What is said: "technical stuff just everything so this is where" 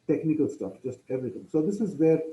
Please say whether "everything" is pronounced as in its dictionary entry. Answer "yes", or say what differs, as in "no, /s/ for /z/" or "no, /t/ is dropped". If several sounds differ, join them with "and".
no, /t/ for /θ/